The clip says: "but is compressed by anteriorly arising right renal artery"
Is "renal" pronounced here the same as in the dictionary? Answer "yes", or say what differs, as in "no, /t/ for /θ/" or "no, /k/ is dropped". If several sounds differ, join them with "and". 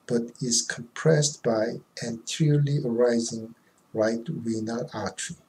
no, /w/ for /ɹ/